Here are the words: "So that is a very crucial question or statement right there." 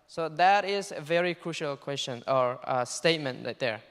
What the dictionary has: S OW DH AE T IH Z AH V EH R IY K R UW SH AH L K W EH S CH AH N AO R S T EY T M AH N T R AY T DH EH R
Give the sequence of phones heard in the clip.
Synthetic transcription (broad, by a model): S OW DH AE T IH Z AH V EH R IY K R UW SH AH L K W EH S CH AH N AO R S T EY T M AH N T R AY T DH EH R